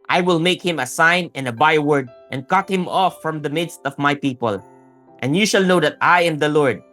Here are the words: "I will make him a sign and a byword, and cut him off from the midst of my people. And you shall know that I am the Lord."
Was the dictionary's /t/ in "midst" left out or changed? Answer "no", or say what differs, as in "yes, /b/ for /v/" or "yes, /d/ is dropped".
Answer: no